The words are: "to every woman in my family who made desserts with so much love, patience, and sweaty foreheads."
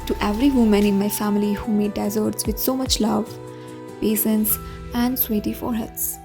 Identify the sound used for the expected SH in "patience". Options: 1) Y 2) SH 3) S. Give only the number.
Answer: 3